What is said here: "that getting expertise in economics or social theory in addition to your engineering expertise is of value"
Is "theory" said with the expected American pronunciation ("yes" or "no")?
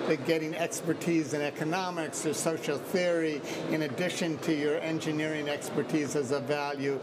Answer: yes